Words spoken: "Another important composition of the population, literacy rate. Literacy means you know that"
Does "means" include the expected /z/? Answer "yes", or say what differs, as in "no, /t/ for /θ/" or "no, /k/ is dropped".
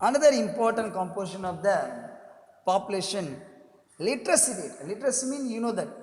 no, /z/ is dropped